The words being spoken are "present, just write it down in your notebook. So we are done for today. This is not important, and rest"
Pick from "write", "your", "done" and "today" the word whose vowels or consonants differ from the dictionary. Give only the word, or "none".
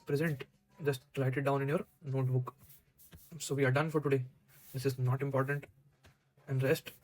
write